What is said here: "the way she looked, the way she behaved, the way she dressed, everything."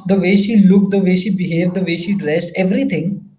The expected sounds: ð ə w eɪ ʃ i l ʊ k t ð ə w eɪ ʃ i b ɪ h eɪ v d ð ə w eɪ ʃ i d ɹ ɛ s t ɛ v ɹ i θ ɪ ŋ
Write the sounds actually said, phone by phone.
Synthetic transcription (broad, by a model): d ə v eɪ ʃ i l ʊ k t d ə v eɪ ʃ i b ɪ h eɪ v d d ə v eɪ ʃ i d ɹ ɛ s t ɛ v ɹ i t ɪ ŋ